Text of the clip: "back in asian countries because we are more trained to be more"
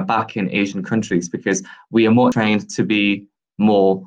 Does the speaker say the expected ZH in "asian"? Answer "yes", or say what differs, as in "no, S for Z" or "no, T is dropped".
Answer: yes